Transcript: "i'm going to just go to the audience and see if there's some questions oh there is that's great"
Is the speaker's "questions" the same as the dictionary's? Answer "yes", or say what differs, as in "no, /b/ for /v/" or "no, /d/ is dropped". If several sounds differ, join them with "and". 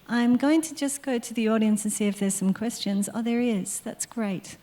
yes